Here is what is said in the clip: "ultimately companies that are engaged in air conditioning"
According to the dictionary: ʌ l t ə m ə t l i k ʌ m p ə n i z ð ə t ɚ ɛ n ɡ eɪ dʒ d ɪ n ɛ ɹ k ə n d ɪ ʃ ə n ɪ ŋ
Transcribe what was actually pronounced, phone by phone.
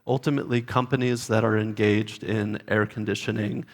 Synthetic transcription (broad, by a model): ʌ l t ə m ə t l i k ʌ m p ə n i z ð ə t ɚ ɛ n ɡ eɪ dʒ d ɪ n ɛ ɹ k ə n d ɪ ʃ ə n ɪ ŋ